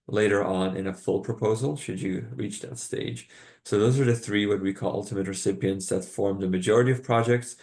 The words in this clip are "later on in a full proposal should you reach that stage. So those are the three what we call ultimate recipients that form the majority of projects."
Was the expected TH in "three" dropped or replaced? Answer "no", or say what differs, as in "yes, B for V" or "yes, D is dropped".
no